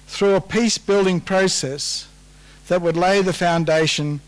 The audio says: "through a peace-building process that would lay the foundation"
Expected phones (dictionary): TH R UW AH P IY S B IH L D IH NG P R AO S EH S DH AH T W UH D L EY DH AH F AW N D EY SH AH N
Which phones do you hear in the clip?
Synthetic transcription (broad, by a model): TH R UW AH P IY S B IH L D IH NG P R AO S EH S DH AH T W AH D L EY DH AH F AW N D EY SH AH N